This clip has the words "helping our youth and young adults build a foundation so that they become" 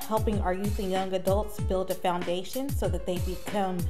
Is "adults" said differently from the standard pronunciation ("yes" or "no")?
no